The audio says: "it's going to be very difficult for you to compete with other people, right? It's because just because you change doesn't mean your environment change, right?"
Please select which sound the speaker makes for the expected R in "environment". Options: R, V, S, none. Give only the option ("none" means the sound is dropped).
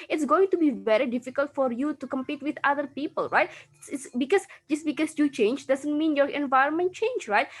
R